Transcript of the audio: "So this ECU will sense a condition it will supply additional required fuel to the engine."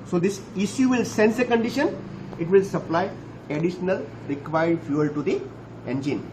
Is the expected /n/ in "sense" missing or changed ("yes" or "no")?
no